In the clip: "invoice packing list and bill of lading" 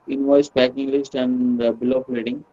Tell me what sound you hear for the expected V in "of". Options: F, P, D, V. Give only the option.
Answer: P